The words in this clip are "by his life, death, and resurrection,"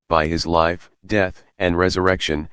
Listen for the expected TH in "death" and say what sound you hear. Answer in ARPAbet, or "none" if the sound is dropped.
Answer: TH